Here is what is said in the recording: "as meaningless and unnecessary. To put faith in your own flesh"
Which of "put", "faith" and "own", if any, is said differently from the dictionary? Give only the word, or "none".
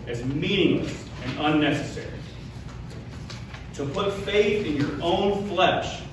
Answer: none